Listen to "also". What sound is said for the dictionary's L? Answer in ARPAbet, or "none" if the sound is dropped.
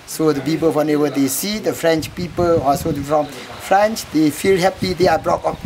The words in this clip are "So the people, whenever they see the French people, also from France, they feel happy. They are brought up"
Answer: none